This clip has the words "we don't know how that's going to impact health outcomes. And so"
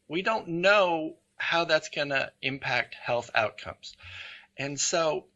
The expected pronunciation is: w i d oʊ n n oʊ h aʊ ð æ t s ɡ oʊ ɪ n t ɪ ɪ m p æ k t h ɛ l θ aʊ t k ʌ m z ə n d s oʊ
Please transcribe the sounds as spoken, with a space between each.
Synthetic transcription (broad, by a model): w i d oʊ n n oʊ h aʊ ð æ t s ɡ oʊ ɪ n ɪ ɪ m p æ k t h ɛ l θ aʊ t k ʌ m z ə n s oʊ